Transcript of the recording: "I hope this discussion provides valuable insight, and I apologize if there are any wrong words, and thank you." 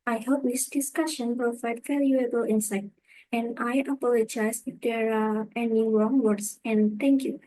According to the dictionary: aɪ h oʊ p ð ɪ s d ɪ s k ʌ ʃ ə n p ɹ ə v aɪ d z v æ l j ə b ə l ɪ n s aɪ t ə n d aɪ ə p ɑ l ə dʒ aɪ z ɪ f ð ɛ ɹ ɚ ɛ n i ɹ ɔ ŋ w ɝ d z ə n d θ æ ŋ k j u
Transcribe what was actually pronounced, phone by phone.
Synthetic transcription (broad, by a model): aɪ h oʊ p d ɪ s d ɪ s k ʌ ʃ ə n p ɹ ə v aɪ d v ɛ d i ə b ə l ɪ n s aɪ t ə n d aɪ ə p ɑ l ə dʒ aɪ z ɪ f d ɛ ɹ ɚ ɛ n i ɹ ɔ ŋ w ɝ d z ə n d t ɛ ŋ k j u